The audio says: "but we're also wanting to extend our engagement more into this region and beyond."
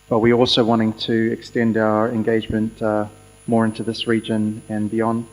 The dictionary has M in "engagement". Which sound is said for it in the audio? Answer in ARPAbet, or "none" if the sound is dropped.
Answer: M